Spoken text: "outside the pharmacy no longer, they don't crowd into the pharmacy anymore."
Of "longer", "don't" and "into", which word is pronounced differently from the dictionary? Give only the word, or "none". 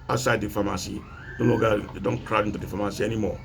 longer